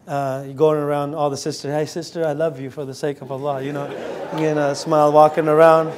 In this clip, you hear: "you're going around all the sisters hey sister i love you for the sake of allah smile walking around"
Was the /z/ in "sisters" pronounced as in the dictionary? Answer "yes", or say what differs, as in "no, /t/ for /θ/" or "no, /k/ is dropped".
no, /z/ is dropped